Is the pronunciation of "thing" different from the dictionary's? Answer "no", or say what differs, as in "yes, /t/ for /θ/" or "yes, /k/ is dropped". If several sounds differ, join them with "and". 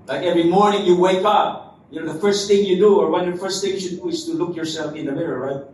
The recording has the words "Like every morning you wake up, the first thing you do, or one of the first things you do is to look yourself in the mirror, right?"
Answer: no